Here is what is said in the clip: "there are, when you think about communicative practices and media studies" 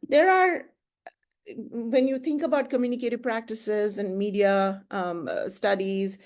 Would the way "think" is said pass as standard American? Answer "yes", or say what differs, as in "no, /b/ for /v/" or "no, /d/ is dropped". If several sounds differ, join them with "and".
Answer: no, /t/ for /θ/